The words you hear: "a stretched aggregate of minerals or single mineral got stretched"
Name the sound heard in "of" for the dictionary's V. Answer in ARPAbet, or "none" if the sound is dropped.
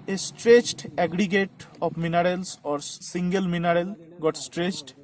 P